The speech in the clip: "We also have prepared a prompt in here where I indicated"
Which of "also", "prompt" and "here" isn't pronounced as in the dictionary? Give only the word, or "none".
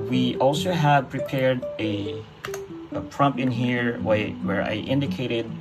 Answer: prompt